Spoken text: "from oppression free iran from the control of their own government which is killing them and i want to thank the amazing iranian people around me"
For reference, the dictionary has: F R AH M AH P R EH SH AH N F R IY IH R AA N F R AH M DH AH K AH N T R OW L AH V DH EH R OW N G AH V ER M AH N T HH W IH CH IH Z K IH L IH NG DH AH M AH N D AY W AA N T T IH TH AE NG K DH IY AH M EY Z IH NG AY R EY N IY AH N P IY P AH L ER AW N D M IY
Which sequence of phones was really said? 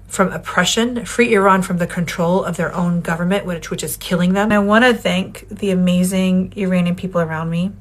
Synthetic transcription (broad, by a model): F R AH M AH P R EH SH AH N F R IY IH R AA N F R AH M DH AH K AH N T R OW L AH V DH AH R OW N G AH V ER M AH N T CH W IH CH IH Z K IH L IH NG DH AH M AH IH W AA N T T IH TH AE NG K DH IY AH M EY Z IH NG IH R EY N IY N P IY P L ER AW N D M IY